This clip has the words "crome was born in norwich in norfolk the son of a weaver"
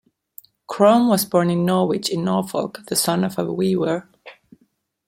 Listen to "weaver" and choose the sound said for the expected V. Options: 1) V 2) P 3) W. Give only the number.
3